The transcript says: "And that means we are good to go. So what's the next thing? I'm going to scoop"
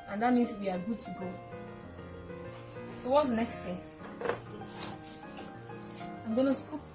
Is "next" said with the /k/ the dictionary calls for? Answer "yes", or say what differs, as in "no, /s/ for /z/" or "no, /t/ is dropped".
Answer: yes